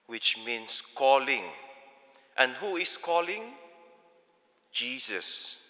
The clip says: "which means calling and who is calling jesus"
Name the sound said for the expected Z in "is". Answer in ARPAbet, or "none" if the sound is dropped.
S